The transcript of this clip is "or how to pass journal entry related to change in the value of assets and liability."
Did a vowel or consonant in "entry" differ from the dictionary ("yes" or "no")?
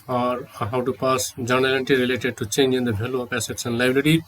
yes